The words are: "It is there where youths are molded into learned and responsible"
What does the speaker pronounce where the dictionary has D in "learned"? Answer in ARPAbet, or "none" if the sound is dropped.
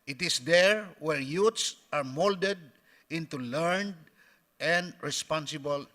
D